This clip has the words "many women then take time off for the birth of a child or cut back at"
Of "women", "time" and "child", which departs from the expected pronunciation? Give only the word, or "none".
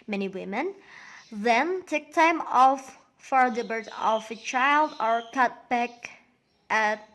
none